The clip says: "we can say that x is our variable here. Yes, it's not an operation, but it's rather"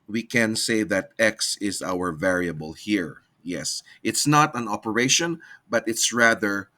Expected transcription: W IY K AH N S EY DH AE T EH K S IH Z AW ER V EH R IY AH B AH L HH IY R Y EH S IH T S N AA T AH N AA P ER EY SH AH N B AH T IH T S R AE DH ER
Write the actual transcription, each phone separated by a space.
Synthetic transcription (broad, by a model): W IY K AH N S EY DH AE T EH K S IH Z AW ER V EH R IY AH B AH L HH IY R Y EH S IH T S N AA T AH N AA P ER EY SH AH N B AH T IH T S R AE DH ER